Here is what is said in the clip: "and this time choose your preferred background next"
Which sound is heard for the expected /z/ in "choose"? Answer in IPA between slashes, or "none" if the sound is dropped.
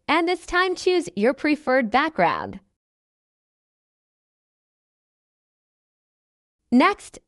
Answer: /z/